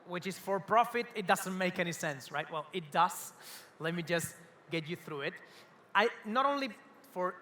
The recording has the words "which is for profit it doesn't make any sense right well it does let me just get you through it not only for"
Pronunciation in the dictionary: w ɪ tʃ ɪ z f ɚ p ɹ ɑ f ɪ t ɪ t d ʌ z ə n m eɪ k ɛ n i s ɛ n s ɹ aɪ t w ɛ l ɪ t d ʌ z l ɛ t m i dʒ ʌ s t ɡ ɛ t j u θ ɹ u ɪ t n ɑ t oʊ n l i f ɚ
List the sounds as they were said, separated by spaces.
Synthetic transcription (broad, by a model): w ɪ tʃ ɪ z f ɚ p ɹ ɑ f ɪ t ɪ t d ʌ z ə n m eɪ k ɛ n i s ɛ n s ɹ aɪ t w ɛ l ɪ t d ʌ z l ɛ t m i dʒ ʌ s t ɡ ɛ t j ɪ θ ɹ u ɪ t n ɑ t oʊ n l i f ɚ